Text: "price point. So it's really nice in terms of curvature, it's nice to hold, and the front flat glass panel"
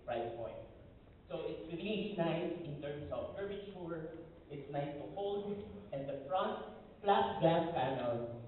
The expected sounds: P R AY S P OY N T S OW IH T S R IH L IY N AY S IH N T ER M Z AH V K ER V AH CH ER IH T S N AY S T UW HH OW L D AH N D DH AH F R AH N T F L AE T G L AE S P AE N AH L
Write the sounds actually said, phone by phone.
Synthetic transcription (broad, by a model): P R AY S P OY N T S OW IH T S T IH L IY N AY S IH N T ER M S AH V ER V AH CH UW IH T S N AY S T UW HH OW L D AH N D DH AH F R AH N T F L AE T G AE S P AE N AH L